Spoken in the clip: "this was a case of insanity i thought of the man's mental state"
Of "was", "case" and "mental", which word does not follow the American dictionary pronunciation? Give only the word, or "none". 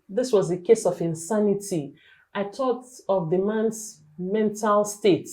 none